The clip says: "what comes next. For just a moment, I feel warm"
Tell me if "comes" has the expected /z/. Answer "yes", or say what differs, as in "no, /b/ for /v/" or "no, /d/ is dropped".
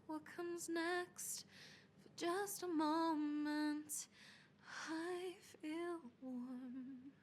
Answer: yes